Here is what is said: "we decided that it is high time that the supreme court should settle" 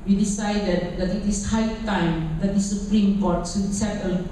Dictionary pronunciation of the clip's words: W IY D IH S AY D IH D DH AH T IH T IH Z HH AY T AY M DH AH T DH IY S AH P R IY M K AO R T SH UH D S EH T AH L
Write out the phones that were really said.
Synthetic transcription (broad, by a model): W IY D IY S AY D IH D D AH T IH T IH S HH AY T AY M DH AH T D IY S AH P R IY M K AO T S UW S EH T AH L